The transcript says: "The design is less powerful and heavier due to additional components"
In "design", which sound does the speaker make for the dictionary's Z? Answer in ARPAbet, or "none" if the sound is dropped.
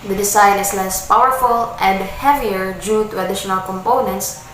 S